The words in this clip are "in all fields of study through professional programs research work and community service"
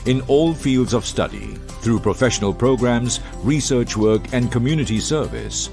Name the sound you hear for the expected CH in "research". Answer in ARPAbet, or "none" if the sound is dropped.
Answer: CH